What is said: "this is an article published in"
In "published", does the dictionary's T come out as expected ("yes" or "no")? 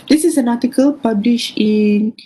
no